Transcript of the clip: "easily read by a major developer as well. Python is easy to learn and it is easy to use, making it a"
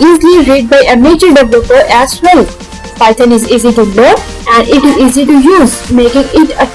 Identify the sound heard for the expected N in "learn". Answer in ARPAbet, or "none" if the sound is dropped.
none